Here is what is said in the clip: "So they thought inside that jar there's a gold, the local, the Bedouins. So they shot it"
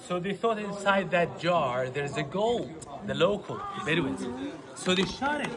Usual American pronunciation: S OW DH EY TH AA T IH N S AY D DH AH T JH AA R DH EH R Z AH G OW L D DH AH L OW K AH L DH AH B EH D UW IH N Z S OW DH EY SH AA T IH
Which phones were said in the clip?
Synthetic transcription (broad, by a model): S OW DH EY TH AA T IH N S AY D DH AH T JH AA R DH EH R Z AH G OW L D DH AH L OW K AH L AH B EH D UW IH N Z S OW DH EY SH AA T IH